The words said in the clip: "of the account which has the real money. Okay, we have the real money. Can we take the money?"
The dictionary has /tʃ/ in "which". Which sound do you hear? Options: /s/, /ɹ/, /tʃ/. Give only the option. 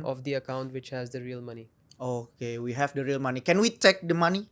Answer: /tʃ/